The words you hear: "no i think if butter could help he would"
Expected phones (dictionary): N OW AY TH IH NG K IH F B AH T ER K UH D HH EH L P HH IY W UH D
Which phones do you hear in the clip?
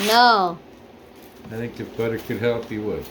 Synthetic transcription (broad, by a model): N OW AY TH IH NG K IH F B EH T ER K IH D HH EH L P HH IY W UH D